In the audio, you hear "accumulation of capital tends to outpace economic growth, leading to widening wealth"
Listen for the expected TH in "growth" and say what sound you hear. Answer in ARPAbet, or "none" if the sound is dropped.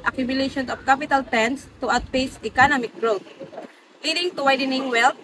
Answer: T